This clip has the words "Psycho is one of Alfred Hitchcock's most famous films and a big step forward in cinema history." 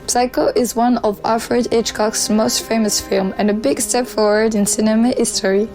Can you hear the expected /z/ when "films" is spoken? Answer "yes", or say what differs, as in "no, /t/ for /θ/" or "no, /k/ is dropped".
no, /z/ is dropped